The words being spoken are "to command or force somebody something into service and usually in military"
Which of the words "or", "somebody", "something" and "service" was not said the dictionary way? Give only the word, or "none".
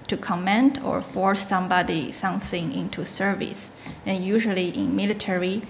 none